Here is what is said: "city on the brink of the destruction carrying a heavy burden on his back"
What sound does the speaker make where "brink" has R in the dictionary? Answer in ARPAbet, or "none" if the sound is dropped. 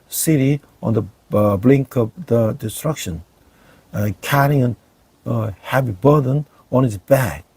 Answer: L